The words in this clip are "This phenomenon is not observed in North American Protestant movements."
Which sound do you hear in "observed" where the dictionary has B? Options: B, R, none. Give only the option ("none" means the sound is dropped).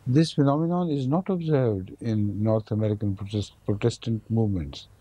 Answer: B